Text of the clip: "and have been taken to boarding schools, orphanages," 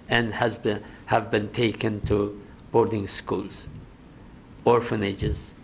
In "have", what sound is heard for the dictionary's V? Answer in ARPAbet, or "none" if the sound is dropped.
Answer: V